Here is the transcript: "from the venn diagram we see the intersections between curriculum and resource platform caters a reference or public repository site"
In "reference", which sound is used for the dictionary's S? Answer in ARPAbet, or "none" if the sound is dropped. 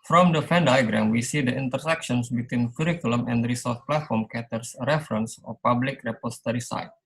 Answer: S